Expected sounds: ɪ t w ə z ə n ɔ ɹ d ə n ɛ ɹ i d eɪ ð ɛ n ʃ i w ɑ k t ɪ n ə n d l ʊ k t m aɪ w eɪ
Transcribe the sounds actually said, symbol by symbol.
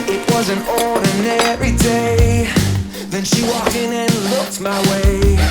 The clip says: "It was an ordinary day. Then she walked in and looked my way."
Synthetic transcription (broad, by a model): ɪ t w ə z ə n ɔ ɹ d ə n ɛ ɹ i d eɪ ð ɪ n ʃ i w ɑ k ɪ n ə n l ʊ k t m aɪ w eɪ